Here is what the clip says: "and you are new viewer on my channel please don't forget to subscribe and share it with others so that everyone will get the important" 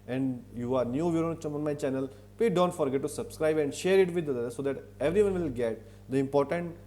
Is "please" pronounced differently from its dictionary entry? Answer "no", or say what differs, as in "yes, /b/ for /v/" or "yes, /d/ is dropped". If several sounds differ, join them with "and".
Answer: yes, /l/ is dropped and /z/ is dropped